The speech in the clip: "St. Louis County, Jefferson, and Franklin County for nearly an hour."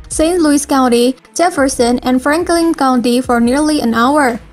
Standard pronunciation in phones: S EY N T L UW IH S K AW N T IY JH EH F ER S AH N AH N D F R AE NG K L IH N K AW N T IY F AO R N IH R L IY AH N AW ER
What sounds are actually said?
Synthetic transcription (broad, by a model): S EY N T L UW IH S K AW N T IY JH EH F ER S AH N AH N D F R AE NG K L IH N K AW N T IY F AO R N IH R L IY AH N AW ER